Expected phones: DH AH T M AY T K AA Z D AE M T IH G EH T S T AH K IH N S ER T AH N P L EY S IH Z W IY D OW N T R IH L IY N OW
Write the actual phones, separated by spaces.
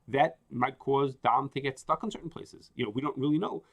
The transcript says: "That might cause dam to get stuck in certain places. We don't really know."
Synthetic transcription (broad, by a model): DH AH T M AY T K AA Z D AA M T IH G EH T S T AH K N S ER T N P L EY S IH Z W IY D OW N T R IH L IY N OW